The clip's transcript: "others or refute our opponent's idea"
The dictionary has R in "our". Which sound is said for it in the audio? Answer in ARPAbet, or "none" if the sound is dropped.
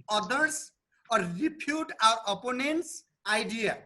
W